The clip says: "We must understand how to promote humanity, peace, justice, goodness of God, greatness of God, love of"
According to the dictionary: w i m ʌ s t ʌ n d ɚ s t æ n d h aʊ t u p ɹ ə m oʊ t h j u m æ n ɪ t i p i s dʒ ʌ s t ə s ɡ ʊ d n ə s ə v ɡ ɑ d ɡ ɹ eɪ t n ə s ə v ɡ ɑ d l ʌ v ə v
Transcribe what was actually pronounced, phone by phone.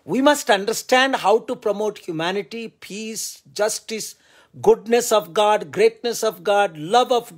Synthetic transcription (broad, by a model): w i m ʌ s t ʌ n d ɚ s t æ n d h aʊ t u p ɹ ə m oʊ t h j u m æ n ɪ t i p i s dʒ ʌ s t ə s ɡ ʊ d n ə s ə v ɡ ɑ d ɡ ɹ eɪ t n ə s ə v ɡ ɑ d l ʌ v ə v